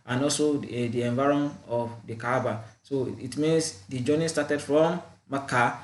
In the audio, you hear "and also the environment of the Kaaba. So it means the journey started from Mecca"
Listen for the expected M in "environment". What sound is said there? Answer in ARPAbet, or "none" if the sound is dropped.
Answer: none